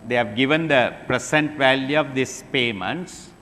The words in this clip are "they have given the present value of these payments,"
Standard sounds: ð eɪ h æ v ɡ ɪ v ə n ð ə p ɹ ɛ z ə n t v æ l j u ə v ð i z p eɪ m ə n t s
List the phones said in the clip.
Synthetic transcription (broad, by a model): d eɪ h æ v ɡ ɪ v ə n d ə p ɹ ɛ s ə n t v æ l j u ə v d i s p eɪ m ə n t s